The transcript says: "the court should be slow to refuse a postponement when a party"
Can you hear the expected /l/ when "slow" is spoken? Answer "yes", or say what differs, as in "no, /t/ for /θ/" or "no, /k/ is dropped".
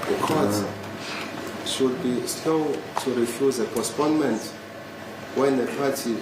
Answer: yes